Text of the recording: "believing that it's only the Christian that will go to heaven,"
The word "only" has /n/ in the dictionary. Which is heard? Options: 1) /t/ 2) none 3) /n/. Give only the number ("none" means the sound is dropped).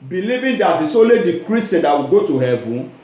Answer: 2